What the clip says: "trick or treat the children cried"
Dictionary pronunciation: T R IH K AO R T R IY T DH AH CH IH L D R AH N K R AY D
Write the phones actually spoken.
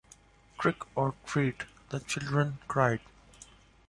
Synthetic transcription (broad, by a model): T R IH K AO R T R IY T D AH CH IH L D R AH N K R AY D